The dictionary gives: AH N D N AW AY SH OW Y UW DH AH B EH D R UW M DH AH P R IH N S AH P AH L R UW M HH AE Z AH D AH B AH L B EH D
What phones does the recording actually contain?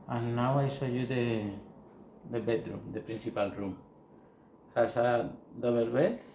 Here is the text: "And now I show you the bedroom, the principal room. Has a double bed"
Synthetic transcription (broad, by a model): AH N N AW AY S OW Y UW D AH B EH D R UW M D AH P R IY N S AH P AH L R UW M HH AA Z AH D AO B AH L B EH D